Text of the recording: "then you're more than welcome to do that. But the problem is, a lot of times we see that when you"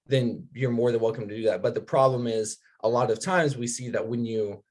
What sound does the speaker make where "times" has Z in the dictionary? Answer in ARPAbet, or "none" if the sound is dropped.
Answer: Z